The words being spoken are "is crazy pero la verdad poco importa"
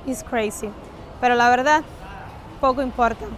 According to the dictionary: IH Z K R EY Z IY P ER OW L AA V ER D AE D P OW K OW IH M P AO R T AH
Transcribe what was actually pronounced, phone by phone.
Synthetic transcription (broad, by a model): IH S K R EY S IY P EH OW L AA B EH D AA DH P OW K OW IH M P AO R T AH